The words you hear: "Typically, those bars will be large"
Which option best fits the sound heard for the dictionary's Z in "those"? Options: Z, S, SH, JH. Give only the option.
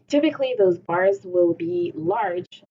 Z